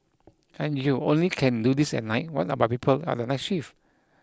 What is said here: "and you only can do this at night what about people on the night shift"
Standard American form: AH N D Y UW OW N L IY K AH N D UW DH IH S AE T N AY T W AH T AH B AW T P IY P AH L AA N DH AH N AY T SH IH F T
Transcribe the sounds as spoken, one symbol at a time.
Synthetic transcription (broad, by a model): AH N Y UW OW N L IY K AH N D UW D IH S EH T N AY T W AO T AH B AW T P IY P AH L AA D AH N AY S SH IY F